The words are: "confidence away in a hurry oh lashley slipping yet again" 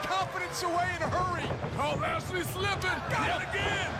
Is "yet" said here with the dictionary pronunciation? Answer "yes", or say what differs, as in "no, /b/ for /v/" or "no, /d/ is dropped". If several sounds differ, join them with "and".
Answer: no, /t/ is dropped